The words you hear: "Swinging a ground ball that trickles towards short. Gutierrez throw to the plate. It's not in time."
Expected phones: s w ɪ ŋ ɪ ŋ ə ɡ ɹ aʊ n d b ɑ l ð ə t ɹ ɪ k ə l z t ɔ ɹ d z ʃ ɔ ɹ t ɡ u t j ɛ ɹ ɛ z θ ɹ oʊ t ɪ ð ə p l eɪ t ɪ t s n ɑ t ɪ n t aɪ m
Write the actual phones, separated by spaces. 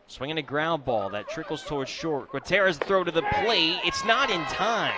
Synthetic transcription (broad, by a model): s w ɪ ŋ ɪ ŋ ə ɡ ɹ aʊ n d b ɑ l ð ə t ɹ ɪ k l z t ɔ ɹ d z ʃ ɔ ɹ t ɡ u t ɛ ɹ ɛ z θ ɹ oʊ t ɪ ð ə p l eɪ ɪ t s n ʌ t ɪ n t aɪ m